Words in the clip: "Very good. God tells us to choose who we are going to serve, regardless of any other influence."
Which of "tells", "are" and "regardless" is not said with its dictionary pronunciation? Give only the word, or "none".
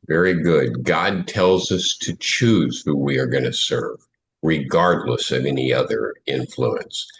none